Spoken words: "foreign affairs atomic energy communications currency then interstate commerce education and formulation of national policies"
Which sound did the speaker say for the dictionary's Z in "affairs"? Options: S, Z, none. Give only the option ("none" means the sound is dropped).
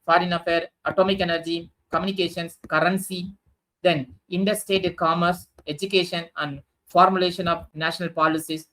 none